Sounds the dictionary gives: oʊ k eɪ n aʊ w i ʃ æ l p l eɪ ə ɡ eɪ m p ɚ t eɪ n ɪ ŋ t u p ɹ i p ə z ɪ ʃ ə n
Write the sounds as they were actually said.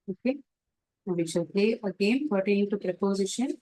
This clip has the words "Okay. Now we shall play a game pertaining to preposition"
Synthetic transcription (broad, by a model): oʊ k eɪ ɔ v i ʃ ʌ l p l eɪ ə ɡ eɪ m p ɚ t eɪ ɪ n t u p ɹ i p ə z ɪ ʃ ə n